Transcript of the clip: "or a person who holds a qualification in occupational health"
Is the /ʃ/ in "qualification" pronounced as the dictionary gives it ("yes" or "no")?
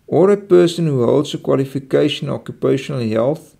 no